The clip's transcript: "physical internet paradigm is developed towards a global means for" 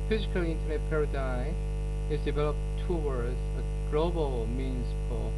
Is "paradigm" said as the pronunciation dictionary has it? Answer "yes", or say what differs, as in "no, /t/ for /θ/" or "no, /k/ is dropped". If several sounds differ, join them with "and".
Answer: no, /m/ is dropped